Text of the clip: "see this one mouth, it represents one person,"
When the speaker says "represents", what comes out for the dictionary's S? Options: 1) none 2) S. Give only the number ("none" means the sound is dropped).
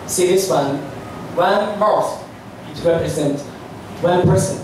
1